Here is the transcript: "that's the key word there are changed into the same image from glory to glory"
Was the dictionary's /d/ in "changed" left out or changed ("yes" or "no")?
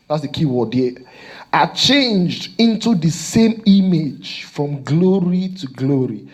no